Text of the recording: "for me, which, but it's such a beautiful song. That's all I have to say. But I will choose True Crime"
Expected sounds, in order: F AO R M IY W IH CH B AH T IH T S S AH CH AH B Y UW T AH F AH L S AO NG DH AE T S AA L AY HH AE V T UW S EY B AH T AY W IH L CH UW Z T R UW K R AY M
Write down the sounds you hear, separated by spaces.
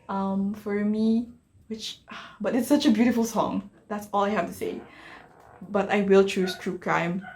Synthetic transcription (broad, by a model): F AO R M IY W IH CH B AH T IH T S S AH CH AH B Y UW T AH F AH L S AO NG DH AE T S AA L AY HH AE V T UW S EY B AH T AY W IH L CH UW S T R UW K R AY M